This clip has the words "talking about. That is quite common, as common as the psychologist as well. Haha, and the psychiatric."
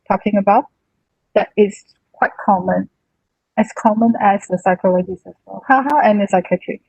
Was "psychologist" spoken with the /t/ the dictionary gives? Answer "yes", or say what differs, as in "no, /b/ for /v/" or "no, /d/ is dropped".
no, /t/ is dropped